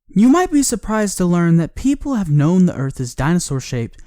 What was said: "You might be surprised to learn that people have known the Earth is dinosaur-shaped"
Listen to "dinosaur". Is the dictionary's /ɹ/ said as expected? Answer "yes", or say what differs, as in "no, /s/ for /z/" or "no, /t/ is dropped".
yes